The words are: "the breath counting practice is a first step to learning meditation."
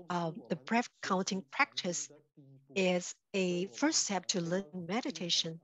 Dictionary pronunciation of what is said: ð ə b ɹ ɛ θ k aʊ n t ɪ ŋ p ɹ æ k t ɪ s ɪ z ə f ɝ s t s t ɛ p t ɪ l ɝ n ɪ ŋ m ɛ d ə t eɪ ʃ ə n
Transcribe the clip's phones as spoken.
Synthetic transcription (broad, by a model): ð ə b ɹ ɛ f k aʊ n t ɪ ŋ p ɹ æ k t ɪ s ɪ z ə f ɝ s s t ɛ p t ɪ l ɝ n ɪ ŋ m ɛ d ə t eɪ ʃ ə n